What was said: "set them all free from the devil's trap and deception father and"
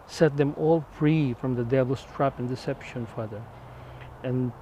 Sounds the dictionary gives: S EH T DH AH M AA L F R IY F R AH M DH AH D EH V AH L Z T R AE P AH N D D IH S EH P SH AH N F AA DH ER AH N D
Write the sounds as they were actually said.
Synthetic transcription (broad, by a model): S EH T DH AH M AA L F R IY F R AH M DH AH D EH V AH L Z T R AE P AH N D D IH S EH P SH AH N F AA DH ER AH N